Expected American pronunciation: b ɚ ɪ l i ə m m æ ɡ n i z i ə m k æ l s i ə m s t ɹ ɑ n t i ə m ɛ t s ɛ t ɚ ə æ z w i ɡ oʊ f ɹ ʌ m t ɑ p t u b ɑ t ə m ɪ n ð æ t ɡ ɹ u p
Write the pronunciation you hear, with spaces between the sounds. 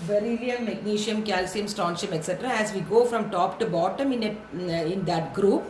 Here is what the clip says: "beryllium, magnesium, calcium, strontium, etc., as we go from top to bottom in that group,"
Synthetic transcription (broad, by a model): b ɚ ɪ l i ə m m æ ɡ n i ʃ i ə m k æ l s i ə m s t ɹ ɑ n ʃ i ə m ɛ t s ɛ t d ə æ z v i ɡ oʊ f ɹ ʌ m t ɑ p t u b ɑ t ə m ɪ n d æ t ɡ ɹ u p